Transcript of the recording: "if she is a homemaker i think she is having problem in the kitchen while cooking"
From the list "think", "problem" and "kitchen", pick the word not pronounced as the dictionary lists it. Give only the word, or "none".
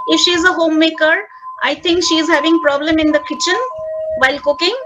think